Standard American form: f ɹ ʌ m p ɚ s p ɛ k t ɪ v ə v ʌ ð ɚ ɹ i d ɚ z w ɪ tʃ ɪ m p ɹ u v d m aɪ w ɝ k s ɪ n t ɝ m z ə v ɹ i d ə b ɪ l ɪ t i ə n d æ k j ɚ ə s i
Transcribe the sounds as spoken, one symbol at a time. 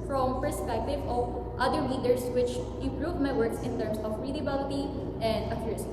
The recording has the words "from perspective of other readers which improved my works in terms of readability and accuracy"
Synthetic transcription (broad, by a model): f ɹ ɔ m p ɚ s p ɛ k t ɪ v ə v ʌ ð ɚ l i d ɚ s w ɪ tʃ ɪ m p ɹ u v m aɪ w ɝ k s ɪ n t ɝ m s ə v ɹ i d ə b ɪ l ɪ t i ə n d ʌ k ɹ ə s